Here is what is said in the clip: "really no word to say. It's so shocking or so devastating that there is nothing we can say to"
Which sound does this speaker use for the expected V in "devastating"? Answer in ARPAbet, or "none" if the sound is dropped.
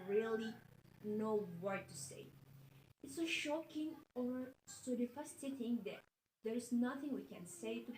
F